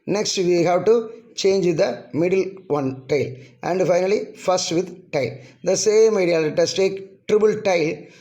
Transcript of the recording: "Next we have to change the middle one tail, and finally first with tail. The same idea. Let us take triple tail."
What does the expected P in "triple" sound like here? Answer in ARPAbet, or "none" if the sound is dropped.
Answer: B